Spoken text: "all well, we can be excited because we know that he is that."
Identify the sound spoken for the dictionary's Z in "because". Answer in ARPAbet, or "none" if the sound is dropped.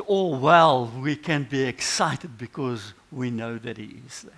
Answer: Z